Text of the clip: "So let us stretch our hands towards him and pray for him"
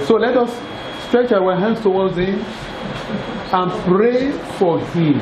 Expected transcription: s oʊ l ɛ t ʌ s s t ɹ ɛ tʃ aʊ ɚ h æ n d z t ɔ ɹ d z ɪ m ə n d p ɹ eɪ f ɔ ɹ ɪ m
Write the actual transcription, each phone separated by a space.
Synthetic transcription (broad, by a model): s oʊ l ɛ t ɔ s s t ɹ ɛ tʃ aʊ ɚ h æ n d s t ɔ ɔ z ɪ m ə n p ɹ eɪ f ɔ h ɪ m